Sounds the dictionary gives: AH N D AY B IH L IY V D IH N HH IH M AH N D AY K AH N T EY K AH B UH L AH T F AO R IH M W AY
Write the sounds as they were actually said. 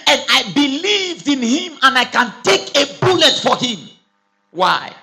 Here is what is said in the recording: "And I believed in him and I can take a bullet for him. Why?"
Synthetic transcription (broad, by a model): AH N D AY B IH L IY V D IH N HH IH M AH N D AY K AH N T EY K AH B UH L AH T F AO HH IH M W AY